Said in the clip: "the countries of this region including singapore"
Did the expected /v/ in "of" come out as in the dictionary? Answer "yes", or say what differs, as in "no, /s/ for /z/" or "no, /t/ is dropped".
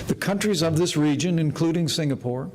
yes